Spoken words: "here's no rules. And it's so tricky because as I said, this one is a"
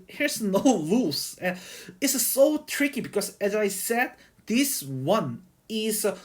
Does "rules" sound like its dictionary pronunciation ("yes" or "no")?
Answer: no